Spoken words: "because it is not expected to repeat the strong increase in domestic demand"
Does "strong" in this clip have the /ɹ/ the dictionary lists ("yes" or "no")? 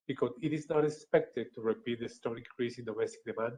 no